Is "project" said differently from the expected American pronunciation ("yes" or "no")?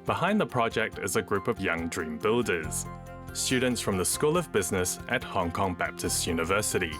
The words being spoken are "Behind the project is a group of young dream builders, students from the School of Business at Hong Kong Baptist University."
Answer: no